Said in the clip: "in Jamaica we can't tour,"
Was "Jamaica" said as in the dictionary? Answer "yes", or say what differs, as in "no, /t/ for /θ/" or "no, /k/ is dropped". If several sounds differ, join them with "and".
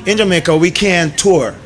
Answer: yes